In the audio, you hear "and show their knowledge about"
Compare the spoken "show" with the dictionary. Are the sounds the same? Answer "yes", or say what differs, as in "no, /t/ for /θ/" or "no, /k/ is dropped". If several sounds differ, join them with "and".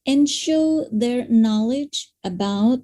yes